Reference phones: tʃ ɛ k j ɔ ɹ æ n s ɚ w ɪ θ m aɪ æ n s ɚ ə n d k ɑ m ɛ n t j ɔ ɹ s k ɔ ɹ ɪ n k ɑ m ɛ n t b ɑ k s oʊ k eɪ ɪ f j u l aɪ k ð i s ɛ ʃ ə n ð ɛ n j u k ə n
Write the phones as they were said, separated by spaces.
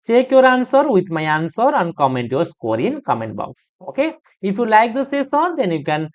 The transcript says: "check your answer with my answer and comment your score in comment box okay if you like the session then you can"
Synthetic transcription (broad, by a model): tʃ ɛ k j ɔ ɹ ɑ n s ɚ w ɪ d m aɪ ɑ n s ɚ ə n d k ɑ m ɛ n t j ɔ ɹ s k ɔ ɹ ɪ n k ɑ m ɛ n t b ɑ k s oʊ k eɪ ɪ f j u l aɪ k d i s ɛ s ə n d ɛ n j u k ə n